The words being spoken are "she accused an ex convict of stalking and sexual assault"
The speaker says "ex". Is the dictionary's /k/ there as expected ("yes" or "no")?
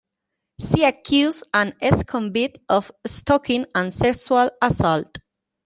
no